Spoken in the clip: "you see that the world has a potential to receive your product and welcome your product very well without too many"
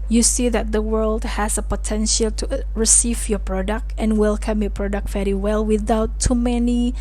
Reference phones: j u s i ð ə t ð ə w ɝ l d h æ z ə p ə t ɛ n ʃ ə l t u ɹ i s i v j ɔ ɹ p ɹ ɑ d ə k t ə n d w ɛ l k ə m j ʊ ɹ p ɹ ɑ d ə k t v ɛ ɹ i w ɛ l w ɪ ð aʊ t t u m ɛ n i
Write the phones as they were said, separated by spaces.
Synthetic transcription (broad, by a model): j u s i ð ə t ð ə w ɝ l d h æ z ə p ə t ɛ n ʃ ə l t u ɹ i s i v j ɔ p ɹ ɑ d ə k t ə n w ɛ l k ə m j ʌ p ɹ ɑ d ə k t v ɛ ɹ i w ɛ l w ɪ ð aʊ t t u m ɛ n i